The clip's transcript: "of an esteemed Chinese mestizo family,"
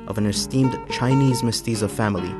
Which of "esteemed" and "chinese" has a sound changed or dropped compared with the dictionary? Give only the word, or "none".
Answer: none